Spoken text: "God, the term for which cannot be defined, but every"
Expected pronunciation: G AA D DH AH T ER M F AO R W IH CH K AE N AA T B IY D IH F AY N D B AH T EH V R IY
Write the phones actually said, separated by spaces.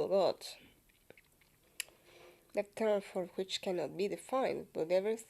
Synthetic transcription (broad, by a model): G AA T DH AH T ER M F AO R W IH CH K AE N AA T B IY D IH F AY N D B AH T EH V R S